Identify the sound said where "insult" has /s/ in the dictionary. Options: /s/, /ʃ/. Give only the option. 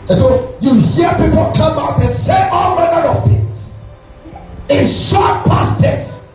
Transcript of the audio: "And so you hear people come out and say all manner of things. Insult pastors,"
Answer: /ʃ/